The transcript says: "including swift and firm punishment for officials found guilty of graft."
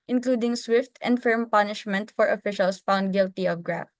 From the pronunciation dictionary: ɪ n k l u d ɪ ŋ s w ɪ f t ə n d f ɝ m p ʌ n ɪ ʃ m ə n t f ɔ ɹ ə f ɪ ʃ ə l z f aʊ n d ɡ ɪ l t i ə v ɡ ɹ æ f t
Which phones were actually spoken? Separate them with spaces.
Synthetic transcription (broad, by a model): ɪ n k l u d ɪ ŋ s w ɪ f t ə n d f ɝ m p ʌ n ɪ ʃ m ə n t f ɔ ɹ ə f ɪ ʃ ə l s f aʊ n d ɡ ɪ l t i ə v ɡ ɹ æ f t